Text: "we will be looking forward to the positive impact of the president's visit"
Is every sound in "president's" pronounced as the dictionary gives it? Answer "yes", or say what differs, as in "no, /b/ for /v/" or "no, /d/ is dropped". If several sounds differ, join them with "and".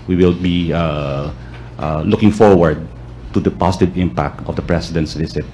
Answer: no, /s/ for /z/